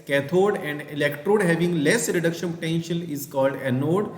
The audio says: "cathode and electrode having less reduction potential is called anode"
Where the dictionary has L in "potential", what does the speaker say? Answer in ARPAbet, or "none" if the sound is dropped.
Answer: N